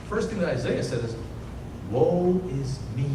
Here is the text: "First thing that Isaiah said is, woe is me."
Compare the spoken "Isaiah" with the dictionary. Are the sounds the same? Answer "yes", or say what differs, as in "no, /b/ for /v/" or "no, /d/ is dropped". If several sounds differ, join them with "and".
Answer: yes